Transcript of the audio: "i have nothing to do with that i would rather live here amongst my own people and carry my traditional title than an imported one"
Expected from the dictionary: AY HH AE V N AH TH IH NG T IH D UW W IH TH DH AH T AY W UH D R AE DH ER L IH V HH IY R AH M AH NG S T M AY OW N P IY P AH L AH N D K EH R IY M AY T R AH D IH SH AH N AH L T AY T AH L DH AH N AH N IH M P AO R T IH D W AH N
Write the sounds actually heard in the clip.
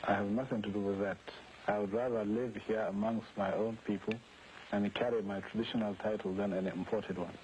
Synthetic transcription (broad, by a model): AY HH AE V N AH TH IH NG T IH D UW W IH DH AH T AY W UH D R AE DH ER L IH V HH IY R AH M AH NG S T M AY OW N P IY P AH L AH N K EH R IY M AY T R AH D IH SH AH N AH L T AY T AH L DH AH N AH N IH M P AO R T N W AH N